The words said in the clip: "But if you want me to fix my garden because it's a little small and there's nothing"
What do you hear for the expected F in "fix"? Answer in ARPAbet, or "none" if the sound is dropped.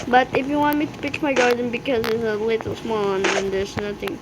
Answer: P